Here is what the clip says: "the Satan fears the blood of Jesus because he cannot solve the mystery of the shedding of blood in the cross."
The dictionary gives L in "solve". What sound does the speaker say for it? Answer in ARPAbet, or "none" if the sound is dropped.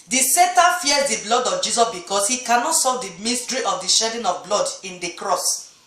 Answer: none